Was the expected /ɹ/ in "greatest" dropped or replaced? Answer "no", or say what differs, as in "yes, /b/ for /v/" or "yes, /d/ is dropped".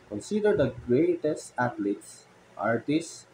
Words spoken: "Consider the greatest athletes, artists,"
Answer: no